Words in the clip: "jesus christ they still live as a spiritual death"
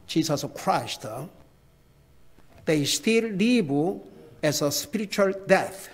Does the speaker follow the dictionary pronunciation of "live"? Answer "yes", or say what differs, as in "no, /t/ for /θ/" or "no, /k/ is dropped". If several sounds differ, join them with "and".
no, /b/ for /v/